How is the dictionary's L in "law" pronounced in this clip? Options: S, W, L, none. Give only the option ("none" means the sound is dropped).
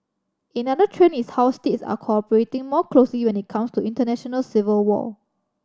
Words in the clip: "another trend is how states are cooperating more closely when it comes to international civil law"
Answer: W